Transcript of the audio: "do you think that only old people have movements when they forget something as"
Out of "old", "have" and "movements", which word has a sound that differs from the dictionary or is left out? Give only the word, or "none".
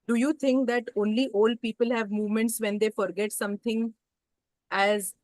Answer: none